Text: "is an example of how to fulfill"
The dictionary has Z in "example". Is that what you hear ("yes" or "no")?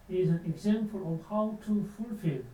no